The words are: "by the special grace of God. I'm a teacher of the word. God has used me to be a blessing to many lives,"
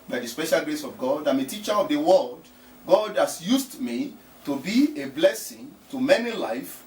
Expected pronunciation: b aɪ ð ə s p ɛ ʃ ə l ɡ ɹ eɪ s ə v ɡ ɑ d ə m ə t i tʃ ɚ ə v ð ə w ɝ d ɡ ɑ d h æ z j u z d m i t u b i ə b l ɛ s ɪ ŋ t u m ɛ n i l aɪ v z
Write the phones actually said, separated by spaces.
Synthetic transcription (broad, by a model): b aɪ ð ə s p ɛ ʃ ə l ɡ ɹ eɪ s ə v ɡ ɑ d ə m ə t i tʃ ɚ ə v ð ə w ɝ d ɡ ɑ d h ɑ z j u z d m i t u b i ə b l ɛ s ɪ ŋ t u m ɛ n i l aɪ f